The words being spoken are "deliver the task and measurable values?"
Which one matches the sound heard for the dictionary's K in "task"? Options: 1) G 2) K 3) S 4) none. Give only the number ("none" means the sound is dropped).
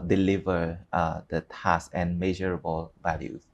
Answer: 4